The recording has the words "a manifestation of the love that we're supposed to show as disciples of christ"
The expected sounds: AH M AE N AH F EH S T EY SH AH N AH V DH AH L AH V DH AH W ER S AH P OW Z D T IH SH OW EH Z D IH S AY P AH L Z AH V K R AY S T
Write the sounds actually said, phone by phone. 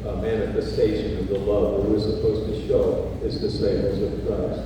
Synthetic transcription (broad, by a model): M AE N AH F EH S T EY SH AH N AH V DH AH L AH V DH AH W ER S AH P OW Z T IH SH OW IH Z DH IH S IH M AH Z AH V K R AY S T